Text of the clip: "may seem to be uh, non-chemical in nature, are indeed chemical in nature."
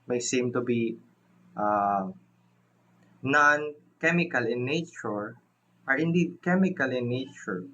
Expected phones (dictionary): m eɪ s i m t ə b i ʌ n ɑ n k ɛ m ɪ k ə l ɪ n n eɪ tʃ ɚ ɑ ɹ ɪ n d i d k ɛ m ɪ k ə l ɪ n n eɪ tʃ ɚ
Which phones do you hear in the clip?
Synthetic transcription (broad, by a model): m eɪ s i m t ə b i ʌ n ɑ n k ɛ m ɪ k ə l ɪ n n eɪ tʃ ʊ ɑ ɹ ɪ n d i d k ɛ m ɪ k ə l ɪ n n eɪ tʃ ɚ